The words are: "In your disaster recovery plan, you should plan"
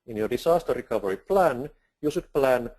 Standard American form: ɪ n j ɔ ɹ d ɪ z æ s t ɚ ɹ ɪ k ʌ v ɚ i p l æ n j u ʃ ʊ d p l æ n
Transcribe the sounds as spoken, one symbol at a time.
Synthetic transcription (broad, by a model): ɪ n j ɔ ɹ d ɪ s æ s t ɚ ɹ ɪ k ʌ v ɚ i p l æ n j u s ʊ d p l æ n